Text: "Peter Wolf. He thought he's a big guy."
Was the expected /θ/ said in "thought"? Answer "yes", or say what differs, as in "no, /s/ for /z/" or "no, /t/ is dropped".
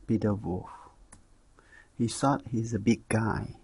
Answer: no, /s/ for /θ/